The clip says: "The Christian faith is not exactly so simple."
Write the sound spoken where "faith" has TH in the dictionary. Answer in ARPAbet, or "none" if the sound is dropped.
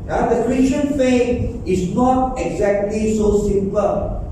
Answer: T